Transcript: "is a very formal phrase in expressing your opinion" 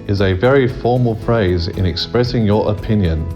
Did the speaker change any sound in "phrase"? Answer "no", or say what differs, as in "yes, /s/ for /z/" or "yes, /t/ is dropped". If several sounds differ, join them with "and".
no